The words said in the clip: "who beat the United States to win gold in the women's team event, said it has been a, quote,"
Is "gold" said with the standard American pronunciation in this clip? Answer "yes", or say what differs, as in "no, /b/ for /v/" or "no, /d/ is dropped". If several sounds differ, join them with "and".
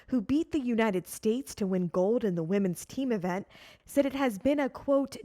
yes